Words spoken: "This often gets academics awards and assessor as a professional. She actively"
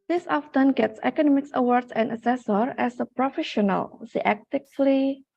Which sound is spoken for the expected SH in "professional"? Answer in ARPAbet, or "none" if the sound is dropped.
SH